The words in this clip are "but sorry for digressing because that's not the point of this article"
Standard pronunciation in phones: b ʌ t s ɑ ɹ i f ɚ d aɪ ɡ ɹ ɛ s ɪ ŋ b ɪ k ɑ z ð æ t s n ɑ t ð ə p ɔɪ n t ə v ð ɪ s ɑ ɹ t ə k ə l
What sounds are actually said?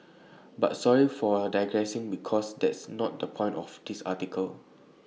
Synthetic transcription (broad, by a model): b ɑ t s ɑ ɹ i f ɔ d aɪ ɡ ɹ ɛ s ɪ ŋ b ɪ k ɑ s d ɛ t s n ɑ t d ə p ɔɪ n t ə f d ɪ s ɑ t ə k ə l